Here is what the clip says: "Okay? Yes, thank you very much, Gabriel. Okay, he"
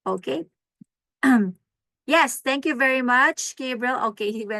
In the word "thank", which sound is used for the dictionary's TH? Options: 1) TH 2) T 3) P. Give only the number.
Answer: 2